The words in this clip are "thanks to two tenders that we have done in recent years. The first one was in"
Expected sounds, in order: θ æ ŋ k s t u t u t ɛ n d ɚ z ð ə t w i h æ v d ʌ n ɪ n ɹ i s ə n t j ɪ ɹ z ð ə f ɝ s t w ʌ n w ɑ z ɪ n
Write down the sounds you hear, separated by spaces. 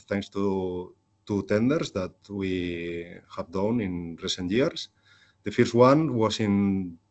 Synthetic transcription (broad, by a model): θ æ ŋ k s t u t u t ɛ n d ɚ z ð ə t w i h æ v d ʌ n ɪ n ɹ i s ə n t j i ɹ s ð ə f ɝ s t w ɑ n w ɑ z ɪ n